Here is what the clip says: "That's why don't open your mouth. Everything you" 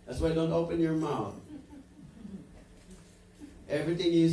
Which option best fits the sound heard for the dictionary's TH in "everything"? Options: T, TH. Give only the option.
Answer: TH